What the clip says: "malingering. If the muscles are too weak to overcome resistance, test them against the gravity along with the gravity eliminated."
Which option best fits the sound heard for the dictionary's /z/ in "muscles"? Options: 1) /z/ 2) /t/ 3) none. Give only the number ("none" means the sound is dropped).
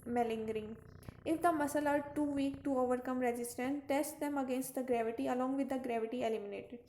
3